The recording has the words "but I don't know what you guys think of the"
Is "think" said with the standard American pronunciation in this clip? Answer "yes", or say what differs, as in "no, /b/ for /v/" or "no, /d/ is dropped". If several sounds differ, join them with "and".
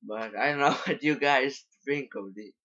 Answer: no, /f/ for /θ/